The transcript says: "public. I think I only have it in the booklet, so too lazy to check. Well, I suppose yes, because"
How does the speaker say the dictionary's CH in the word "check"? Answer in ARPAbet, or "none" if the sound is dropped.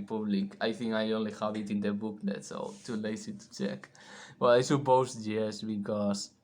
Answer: CH